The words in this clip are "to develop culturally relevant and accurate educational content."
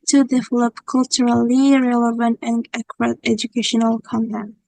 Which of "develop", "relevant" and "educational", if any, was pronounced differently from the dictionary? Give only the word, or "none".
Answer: none